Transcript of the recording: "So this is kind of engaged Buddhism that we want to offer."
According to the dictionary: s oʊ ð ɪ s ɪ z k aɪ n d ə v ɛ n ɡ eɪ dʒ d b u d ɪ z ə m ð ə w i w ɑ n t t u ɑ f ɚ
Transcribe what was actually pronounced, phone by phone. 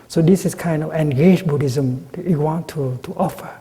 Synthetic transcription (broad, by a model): s oʊ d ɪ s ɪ s k aɪ n d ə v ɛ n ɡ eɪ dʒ b u d ɪ z ə m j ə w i w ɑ n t t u ɑ f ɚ